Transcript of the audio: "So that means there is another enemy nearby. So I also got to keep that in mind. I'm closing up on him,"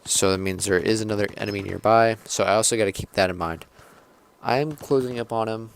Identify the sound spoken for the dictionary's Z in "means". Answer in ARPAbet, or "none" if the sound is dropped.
Z